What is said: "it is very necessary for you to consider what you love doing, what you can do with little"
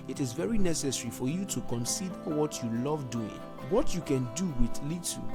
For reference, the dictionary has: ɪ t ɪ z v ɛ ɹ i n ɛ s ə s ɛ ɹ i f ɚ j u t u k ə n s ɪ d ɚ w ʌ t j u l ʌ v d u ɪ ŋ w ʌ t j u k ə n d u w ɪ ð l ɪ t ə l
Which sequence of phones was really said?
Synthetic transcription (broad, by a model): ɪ t ɪ z v ɛ ɹ i n ɛ s ə s ɛ ɹ i f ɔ j u t u k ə n s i d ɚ w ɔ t j u l ʌ v d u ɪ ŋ w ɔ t j u k ə n d u w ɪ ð l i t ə